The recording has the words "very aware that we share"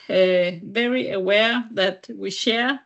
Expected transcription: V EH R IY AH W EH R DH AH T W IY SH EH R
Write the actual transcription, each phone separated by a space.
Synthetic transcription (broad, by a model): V EH R IY AH W EH R DH AH T W IY SH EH R